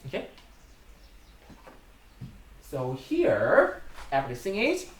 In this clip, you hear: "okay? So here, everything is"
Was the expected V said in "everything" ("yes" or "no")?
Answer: no